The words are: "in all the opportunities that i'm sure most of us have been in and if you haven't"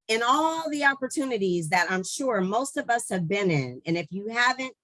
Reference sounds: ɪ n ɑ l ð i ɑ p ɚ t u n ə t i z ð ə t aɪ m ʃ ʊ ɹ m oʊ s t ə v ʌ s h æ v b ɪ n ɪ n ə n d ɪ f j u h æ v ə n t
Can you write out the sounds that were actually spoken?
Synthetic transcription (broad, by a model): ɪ n ɑ l ð i ɑ p ɚ t u n ə t i z ð ə t aɪ m ʃ ʊ ɹ m oʊ s t ə v ʌ s h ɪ v b ɪ n ɪ n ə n ɪ f j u h æ v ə n t